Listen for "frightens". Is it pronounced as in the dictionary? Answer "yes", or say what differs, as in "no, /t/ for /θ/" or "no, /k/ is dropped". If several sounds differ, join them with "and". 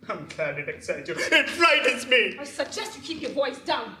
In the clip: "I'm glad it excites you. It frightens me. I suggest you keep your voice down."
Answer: no, /n/ is dropped